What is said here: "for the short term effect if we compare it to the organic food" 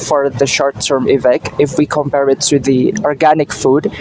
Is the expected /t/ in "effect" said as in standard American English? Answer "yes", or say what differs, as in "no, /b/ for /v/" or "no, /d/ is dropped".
no, /t/ is dropped